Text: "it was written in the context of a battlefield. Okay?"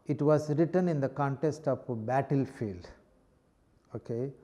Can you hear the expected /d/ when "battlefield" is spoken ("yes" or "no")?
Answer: yes